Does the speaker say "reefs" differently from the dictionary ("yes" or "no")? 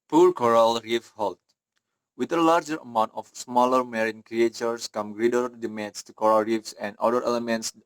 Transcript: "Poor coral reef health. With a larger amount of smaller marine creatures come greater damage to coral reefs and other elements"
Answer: no